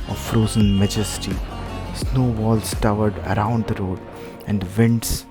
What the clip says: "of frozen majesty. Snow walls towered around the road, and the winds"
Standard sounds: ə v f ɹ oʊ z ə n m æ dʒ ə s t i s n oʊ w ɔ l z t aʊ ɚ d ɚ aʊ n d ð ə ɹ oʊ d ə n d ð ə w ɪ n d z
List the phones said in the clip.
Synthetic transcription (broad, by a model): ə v f ɹ oʊ z ə n m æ dʒ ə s t i s n oʊ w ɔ l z t aʊ ɚ d ɚ aʊ n d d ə ɹ oʊ d ə n d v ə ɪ n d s